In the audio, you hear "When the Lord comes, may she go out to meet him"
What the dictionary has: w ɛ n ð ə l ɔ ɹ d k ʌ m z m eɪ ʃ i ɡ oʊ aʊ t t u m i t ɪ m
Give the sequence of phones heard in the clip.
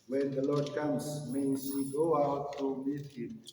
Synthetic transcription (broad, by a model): w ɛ n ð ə l ɔ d k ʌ m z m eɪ s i ɡ oʊ aʊ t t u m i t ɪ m